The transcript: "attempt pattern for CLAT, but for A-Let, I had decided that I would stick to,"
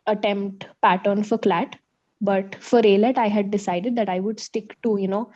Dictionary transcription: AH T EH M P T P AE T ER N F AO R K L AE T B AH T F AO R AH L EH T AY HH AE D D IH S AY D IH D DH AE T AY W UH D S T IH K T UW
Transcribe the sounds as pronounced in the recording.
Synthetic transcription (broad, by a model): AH T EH M P T P AE T ER N F AO R K L AE T B AH T F AO R AH L EH T AY HH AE D D IH S AY D IH D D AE T AY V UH D S T IH K T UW